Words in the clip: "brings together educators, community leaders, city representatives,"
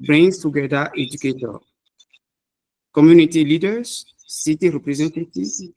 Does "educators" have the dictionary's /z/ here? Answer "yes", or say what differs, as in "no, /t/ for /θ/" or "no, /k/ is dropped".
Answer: no, /z/ is dropped